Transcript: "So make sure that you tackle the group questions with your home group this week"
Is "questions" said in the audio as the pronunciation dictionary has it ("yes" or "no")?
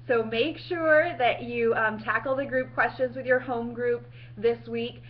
yes